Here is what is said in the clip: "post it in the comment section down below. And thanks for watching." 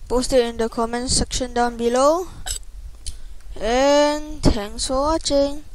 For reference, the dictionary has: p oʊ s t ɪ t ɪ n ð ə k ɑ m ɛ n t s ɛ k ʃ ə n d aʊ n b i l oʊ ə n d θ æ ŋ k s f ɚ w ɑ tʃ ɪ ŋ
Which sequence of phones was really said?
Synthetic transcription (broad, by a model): p oʊ s t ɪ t ɪ n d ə k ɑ m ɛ n s ɛ k ʃ ə n d aʊ n b i l oʊ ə n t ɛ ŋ s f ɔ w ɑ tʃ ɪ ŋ